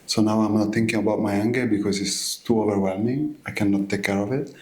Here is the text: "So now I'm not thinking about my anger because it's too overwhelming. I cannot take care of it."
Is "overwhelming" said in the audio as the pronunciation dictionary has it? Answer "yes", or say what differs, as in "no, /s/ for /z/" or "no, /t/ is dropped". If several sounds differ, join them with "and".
yes